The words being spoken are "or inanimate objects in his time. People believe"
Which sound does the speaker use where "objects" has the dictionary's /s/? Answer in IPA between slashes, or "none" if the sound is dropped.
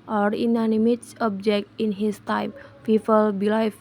none